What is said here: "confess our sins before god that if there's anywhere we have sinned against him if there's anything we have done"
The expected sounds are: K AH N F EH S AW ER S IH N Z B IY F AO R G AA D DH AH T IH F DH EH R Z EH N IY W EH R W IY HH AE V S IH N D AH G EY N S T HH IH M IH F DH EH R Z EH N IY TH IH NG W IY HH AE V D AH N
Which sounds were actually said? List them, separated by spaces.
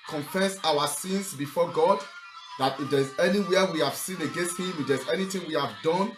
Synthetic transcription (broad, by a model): K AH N F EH S AW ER S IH N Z B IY F AO G AA D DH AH T IH F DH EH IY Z EH N IY W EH W IY HH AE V S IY N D AH G EY N S T HH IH M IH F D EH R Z EH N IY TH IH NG W IY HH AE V D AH N